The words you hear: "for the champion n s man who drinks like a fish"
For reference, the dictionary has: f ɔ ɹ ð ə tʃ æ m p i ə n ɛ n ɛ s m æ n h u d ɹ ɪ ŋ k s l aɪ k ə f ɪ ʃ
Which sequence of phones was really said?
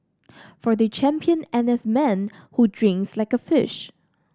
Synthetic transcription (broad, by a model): f ɔ ɹ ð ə tʃ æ m p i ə n ɛ n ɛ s m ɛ n h u d ɹ ɪ ŋ k s l aɪ k ə f ɪ ʃ